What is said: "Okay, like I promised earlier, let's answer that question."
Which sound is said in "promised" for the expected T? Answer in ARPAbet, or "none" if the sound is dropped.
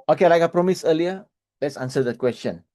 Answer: none